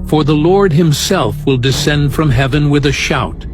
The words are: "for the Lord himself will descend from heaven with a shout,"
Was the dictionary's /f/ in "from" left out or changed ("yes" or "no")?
no